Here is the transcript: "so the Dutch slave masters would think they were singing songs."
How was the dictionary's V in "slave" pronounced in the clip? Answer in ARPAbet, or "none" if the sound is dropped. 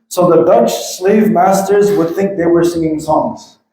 V